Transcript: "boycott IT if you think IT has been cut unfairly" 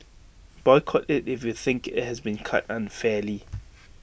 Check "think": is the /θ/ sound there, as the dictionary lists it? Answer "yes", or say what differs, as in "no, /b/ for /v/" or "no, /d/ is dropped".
yes